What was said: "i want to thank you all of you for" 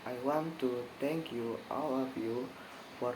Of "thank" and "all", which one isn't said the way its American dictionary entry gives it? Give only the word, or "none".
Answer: thank